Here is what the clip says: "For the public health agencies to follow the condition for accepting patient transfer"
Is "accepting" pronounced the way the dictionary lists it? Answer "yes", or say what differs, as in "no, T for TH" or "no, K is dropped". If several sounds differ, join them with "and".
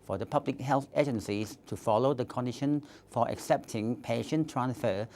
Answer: yes